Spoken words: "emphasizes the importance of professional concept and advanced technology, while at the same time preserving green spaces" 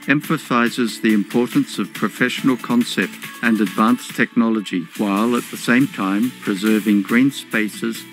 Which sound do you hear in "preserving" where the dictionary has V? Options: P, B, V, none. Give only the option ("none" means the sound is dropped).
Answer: V